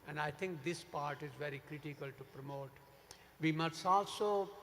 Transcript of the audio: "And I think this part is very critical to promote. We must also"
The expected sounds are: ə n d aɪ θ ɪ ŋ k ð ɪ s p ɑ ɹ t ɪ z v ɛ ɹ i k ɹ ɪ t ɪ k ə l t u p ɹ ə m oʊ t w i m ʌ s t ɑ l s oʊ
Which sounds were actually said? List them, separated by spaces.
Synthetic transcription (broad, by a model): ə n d aɪ t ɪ ŋ k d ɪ s p ɑ ɹ t ɪ z v ɛ ɹ i k ɹ ɪ t ɪ k ə l t u p ɹ ə m oʊ t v i m ʌ s t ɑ l s oʊ